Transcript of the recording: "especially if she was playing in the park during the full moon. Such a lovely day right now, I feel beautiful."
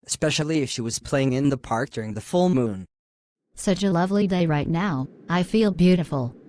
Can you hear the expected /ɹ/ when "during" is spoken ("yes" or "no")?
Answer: yes